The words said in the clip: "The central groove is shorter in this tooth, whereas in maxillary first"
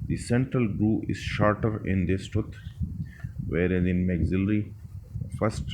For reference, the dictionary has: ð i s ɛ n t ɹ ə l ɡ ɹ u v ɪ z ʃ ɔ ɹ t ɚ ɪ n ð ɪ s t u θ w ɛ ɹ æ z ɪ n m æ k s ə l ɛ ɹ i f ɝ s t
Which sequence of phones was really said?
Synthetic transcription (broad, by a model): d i s ɛ n t ɹ ə l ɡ ɹ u ɪ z ʃ ɔ ɹ t ɚ ɪ n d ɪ s t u t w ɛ ɹ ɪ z ɪ n m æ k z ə l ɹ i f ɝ s t